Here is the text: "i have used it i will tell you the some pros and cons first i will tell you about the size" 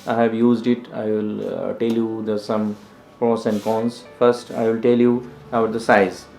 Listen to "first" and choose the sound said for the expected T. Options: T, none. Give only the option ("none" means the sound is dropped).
T